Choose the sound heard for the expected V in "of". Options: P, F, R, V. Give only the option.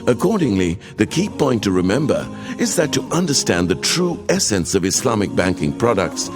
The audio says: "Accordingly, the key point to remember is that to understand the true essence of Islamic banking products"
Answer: V